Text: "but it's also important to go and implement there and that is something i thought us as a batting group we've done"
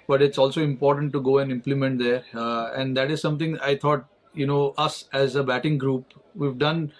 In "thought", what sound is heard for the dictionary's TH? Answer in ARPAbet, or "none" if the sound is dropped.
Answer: T